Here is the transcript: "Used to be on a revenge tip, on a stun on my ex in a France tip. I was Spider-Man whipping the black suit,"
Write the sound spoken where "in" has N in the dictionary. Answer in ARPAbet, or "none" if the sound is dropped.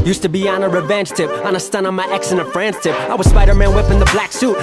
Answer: L